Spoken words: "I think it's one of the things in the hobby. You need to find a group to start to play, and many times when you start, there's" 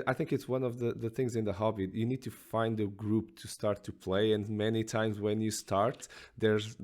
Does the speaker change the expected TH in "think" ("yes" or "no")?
no